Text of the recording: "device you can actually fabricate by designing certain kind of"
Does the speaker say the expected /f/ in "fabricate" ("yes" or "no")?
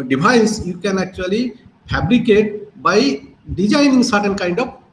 no